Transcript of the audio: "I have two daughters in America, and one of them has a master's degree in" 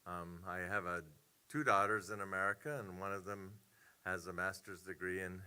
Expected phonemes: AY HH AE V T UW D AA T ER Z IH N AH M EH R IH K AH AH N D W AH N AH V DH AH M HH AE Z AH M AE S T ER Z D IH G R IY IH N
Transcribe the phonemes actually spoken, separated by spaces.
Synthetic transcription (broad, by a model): AY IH V T UW D AA T ER Z IH N AH M EH R IH K AH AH N W AH N AH V DH AH M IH Z AH M AE S T ER Z D IH G R IY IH N